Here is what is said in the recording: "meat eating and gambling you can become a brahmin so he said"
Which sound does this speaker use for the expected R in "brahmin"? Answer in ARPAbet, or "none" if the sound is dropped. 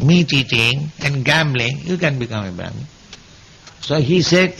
none